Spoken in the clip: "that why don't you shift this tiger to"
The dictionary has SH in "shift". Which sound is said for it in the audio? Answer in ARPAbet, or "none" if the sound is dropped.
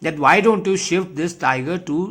SH